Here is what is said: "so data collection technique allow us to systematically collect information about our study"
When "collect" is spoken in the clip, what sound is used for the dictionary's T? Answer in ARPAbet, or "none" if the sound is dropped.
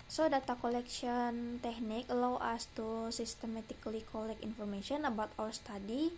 none